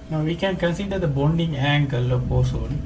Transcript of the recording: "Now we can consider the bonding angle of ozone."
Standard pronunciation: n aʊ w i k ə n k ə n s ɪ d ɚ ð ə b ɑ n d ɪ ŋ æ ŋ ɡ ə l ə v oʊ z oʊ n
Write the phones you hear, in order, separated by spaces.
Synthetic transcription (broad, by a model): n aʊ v i k ə n k ə n s ɪ d ɚ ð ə b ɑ n d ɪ ŋ æ ŋ ɡ ə l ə p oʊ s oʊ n